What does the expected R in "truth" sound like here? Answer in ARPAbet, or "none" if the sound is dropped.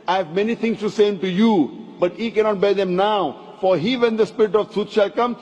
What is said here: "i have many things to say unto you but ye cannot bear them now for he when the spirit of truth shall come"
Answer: none